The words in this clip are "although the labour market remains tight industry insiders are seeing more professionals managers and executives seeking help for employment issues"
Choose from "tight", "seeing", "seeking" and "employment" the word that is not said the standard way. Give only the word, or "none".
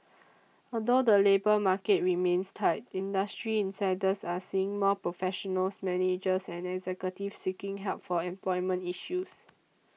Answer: none